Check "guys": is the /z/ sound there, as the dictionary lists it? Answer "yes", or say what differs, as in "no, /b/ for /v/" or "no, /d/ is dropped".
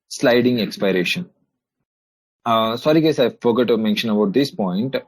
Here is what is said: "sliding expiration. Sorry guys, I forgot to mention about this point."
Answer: no, /s/ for /z/